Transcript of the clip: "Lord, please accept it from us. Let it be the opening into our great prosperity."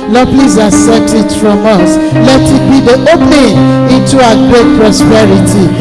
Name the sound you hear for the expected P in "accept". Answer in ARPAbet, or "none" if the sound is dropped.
none